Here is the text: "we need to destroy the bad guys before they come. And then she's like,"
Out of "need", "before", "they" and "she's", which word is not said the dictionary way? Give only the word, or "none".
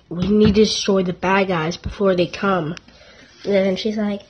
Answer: none